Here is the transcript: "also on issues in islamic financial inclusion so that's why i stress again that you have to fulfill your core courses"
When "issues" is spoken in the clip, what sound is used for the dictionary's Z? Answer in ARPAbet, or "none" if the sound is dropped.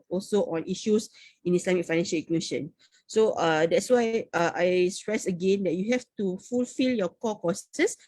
S